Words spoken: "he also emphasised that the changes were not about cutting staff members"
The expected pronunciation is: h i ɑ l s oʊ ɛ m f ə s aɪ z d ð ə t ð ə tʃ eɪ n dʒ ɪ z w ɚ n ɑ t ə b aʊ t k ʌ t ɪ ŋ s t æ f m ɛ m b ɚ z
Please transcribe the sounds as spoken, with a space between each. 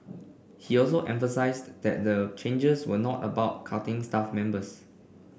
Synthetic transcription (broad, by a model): h i ɑ l s oʊ ɛ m f ə s aɪ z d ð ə t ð ə tʃ eɪ n dʒ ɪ s w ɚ n ɑ t ə b aʊ t k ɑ t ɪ ŋ s t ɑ f m ɛ m b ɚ s